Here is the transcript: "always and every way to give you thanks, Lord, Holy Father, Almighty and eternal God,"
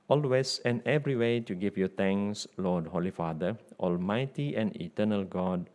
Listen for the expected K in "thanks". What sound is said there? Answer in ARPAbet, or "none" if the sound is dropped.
none